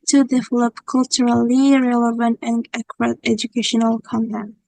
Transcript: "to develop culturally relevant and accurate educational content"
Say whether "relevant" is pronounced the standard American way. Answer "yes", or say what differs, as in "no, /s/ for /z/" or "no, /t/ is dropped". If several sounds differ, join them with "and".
yes